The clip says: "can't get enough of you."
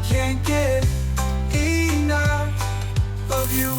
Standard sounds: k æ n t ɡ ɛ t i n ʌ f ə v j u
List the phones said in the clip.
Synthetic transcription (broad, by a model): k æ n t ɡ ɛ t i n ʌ ə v j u